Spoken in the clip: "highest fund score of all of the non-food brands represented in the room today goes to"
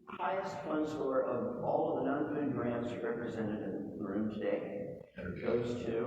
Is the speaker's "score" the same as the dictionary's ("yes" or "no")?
no